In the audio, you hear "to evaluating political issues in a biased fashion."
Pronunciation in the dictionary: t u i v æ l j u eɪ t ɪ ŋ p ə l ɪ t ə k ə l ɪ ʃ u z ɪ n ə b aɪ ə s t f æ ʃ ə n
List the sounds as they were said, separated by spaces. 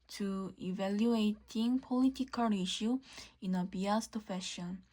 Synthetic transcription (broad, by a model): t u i v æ l j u eɪ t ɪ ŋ p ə l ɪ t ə k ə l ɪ ʃ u ɪ n ə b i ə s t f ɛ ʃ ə n